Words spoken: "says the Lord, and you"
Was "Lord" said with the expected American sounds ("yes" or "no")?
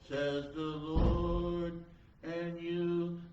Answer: yes